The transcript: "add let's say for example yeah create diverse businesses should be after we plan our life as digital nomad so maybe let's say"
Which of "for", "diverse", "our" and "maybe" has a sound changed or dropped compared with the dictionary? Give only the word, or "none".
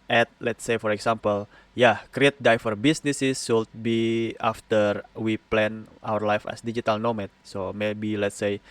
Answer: diverse